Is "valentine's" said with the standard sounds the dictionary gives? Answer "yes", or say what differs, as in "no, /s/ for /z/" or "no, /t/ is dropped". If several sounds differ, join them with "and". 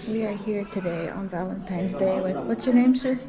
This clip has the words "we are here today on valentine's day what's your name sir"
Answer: yes